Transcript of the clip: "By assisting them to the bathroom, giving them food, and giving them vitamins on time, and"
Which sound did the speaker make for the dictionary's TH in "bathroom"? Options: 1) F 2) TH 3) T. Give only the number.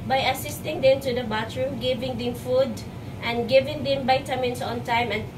3